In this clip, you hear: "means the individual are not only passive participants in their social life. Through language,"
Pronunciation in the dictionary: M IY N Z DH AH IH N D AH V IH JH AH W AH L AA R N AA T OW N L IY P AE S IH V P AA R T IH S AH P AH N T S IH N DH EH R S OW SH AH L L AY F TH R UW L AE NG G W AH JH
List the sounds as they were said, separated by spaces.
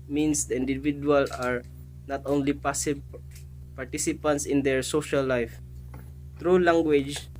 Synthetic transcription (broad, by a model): M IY N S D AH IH N D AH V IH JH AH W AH L AA R N AA T OW N L IY P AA S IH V P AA R T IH S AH P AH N T S IH N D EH R S OW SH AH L L AY F T R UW L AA NG G W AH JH